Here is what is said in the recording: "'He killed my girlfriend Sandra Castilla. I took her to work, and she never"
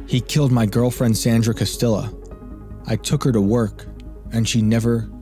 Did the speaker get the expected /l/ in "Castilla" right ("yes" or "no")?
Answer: yes